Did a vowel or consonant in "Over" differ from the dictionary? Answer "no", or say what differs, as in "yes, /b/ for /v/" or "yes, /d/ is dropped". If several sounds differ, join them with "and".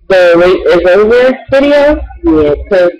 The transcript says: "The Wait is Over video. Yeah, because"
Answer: yes, /v/ is dropped